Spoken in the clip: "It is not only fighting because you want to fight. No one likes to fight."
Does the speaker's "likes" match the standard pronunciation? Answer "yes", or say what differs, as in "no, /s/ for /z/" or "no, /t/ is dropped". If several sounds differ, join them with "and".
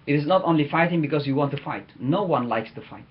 yes